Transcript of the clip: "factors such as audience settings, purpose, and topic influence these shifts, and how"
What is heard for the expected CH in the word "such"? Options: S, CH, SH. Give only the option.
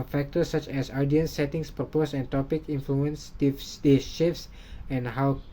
CH